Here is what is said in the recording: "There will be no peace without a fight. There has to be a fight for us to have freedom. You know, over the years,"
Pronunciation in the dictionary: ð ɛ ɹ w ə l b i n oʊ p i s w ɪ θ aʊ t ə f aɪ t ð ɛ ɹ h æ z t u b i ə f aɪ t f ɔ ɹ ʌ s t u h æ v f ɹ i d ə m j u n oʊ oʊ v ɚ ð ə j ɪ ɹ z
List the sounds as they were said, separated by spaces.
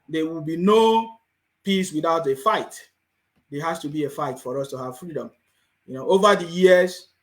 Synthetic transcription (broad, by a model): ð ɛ w ə l b i n oʊ p i s w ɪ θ aʊ t ə f aɪ t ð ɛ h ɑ s t u b i ə f aɪ t f ɔ ɹ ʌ s t u h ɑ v f ɹ i d ə m j u n oʊ oʊ v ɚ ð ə j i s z